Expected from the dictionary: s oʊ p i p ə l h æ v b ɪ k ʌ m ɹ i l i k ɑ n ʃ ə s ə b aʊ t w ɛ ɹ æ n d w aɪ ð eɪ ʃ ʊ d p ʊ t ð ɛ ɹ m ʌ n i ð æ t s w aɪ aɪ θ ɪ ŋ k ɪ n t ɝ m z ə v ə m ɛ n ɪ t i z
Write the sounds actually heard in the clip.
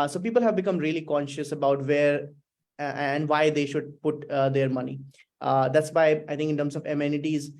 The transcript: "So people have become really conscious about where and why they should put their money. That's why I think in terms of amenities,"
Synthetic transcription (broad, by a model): s oʊ p i p ə l h æ v b ɪ k ʌ m ɹ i l i k ɑ n ʃ ə s ə b aʊ t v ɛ ɹ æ n d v aɪ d eɪ ʃ ʊ d p ʊ t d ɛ ɹ m ʌ n i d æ t s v aɪ aɪ t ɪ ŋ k ɪ n t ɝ m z ə v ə m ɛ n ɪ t i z